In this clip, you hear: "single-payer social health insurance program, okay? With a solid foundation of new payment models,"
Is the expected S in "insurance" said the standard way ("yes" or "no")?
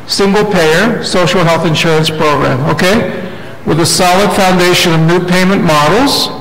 yes